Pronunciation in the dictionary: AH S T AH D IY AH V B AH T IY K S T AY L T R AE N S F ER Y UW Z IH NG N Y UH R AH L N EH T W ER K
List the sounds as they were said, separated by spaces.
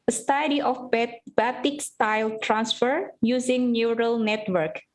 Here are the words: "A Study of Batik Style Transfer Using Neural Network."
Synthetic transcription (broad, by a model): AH S T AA D IY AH B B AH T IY K S T AY L T R AE N S F ER Y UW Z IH NG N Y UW R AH L N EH T W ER K